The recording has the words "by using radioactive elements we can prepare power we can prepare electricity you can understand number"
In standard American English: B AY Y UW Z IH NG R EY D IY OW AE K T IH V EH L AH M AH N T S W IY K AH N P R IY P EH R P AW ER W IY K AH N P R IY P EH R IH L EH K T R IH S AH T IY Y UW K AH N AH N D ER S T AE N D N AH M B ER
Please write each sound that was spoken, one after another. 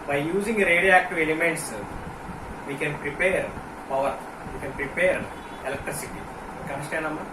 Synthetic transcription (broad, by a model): B AY Y UW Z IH NG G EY D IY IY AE K T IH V EH L AH M AH N T S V IY K AH N P R IY P EH R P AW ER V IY K AH N P R IY P EH R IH L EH K T R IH S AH T IY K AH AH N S T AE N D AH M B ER